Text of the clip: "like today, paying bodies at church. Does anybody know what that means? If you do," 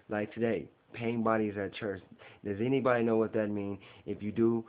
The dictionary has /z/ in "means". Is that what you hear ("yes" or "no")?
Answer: no